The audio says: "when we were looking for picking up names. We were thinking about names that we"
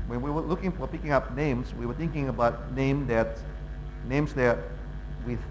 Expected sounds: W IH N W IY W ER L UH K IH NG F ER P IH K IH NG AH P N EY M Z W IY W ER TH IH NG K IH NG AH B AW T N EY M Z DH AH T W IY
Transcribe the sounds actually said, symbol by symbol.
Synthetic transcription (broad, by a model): W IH N W IY W ER L UH K IH NG F ER P IH K IH NG AH P N EY M Z W IY W ER TH IH NG K IH NG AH B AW T N EY M Z DH AH T W IY